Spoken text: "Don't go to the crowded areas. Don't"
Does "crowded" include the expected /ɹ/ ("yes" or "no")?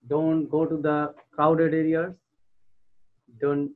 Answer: no